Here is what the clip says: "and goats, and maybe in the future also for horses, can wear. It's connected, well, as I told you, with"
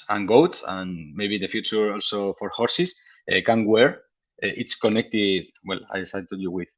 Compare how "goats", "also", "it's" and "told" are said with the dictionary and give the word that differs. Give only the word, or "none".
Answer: told